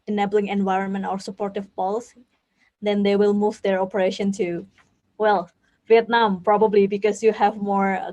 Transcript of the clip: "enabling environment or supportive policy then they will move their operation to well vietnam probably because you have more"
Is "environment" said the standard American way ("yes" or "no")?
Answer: yes